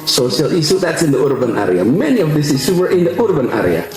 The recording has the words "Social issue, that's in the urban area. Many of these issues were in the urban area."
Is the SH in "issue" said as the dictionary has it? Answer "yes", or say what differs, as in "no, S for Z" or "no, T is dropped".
no, S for SH